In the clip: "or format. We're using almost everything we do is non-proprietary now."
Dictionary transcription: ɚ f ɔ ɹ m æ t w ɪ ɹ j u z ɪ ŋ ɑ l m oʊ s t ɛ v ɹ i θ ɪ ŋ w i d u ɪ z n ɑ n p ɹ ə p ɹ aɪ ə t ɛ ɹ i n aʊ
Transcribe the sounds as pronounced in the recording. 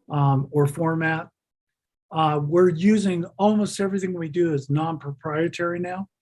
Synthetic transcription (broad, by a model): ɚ f ɔ ɹ m æ t w ɪ ɹ j u z ɪ ŋ ɑ l m oʊ s t ɛ v ɹ i θ ɪ ŋ w i d ɪ z n ɑ n p ɹ ə p ɹ aɪ ə t ɛ ɹ i n aʊ